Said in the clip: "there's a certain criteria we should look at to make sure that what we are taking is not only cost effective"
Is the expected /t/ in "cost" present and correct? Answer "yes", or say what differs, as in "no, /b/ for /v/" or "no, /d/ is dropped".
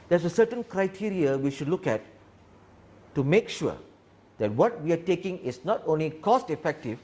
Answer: yes